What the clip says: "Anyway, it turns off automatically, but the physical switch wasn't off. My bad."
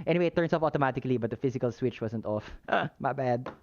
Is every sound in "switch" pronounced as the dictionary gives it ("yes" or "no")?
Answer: yes